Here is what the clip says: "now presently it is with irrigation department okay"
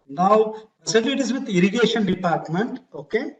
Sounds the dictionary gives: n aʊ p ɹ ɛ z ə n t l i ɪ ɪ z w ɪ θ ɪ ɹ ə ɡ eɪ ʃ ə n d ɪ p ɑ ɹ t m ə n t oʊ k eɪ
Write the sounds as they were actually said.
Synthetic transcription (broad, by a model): n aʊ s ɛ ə t i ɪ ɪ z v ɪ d ɪ ɹ ə ɡ eɪ ʃ ə n d ɪ p ɑ ɹ t m ə n t oʊ k eɪ